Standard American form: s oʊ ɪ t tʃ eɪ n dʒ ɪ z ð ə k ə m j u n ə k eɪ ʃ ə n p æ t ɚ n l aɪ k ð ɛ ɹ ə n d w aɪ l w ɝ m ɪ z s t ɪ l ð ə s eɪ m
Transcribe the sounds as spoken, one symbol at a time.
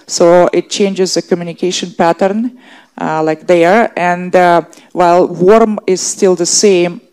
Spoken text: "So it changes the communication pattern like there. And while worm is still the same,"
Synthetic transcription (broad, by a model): s oʊ ɪ t tʃ eɪ n dʒ ɪ z ð ə k ə m j u n ə k eɪ ʃ ə n p æ t ɚ n l aɪ k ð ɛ ɹ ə n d w aɪ l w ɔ m ɪ z s t ɪ l ð ə s eɪ m